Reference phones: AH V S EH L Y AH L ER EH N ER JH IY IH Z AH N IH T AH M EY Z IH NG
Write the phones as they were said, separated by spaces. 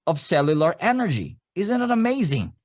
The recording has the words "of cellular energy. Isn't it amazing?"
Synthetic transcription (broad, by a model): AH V S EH L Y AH L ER EH N ER JH IY IH Z AH N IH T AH M EY Z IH NG